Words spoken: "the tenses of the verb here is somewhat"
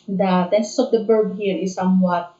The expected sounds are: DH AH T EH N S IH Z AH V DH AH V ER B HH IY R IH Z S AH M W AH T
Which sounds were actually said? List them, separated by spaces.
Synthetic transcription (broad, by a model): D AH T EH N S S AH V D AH B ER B HH IY R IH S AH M W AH T